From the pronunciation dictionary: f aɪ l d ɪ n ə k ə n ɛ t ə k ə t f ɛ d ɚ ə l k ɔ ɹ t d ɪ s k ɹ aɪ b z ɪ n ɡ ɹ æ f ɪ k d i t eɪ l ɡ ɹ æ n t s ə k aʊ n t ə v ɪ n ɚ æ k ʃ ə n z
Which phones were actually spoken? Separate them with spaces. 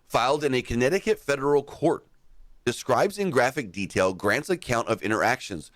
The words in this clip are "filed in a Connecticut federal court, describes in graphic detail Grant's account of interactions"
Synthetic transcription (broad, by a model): f aɪ l d ɪ n ə k ə n ɛ t ə k ə t f ɛ d ɚ l k ɔ ɹ t d ɪ s k ɹ aɪ b z ɪ n ɡ ɹ æ f ɪ k d i t eɪ l ɡ ɹ æ n t s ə k aʊ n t ə v ɪ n ɚ æ k ʃ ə n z